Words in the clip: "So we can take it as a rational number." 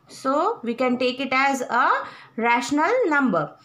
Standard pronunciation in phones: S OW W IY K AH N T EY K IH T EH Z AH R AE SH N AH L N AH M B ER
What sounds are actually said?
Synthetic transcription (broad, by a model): S OW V IY K AH N T EY K IH T EH Z AH R AE SH N AH L N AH M B ER